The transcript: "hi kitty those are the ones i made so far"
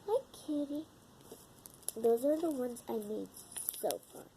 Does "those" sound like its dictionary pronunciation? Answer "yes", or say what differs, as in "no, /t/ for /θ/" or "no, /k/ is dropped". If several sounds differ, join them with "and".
yes